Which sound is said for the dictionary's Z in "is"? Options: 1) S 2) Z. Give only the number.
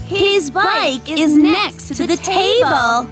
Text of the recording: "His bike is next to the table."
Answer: 2